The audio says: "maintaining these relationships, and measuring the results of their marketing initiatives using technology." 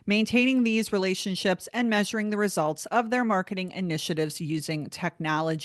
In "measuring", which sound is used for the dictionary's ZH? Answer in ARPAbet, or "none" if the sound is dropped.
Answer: ZH